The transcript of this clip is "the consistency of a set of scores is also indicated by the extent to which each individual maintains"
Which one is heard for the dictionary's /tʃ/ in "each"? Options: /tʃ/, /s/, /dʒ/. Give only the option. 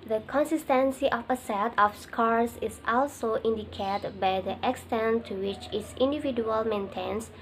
/s/